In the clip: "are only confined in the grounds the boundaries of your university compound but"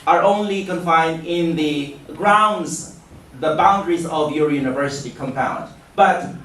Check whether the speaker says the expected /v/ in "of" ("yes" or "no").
yes